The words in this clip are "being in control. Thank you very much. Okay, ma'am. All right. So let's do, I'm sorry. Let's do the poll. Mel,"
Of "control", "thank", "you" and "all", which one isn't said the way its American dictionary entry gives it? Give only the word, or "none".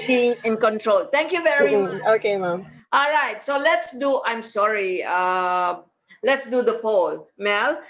thank